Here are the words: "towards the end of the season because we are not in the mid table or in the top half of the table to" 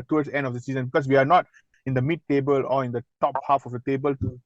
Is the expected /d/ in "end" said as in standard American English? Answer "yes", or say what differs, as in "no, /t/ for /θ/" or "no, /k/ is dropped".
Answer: yes